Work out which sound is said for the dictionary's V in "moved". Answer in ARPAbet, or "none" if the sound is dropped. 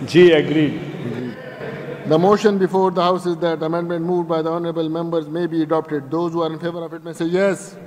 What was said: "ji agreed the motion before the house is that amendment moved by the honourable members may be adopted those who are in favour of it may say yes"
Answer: V